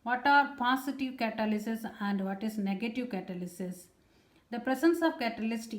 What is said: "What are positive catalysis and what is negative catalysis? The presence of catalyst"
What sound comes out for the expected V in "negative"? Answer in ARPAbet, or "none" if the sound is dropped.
V